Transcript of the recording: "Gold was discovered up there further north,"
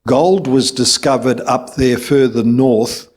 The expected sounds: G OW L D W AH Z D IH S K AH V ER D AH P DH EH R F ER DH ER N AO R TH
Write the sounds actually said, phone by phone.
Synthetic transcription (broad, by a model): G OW L D W AH Z D IH S K AH V ER D AH P DH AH R F ER DH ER N AO R TH